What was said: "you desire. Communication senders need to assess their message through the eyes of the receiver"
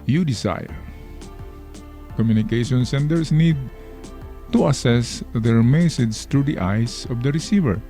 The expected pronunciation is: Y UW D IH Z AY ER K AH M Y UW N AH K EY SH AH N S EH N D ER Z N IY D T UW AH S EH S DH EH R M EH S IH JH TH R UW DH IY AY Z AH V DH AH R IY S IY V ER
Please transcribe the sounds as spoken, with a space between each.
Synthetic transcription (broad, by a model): Y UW D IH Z AY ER K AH M Y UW N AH K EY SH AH N S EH N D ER S N IY D T UW AH S EH S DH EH R M EH S IH JH S R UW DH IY AY S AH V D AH R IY S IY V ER